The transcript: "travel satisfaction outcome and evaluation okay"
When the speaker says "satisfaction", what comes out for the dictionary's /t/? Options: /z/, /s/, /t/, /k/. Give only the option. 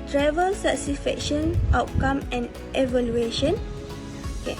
/s/